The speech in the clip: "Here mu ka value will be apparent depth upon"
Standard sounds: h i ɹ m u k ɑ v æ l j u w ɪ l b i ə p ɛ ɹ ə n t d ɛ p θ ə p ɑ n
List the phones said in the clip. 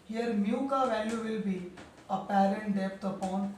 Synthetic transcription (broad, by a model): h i ɹ m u k ɑ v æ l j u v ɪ l b i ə p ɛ ɹ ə n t d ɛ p t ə p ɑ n